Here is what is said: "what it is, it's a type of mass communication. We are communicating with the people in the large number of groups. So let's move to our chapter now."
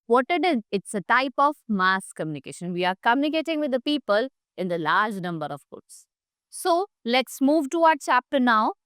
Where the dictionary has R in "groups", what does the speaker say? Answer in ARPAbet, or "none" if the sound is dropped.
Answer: none